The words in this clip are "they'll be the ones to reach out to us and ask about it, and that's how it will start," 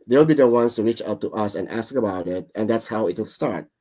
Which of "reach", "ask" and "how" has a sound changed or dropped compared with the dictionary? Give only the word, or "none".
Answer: none